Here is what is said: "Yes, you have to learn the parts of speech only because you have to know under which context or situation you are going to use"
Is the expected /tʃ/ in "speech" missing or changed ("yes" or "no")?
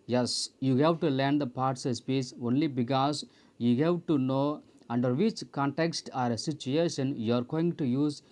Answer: yes